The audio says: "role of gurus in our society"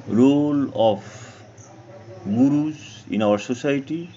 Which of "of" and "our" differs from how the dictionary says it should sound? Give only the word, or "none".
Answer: of